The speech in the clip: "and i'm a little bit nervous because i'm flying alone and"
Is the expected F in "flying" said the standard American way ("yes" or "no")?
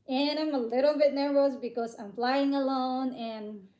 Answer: yes